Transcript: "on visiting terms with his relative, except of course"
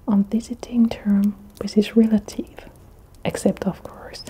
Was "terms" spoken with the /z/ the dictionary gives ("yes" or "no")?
no